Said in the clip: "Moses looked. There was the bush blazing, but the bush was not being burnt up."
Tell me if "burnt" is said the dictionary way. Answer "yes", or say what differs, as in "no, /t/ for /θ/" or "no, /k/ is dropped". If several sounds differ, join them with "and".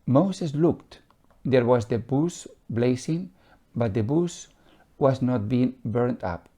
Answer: yes